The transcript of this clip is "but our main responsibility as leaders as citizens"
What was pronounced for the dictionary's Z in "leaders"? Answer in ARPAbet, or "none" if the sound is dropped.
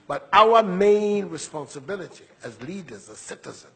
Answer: Z